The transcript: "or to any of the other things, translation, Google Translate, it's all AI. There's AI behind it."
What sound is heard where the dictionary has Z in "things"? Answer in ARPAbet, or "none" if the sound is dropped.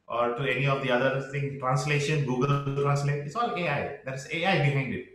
none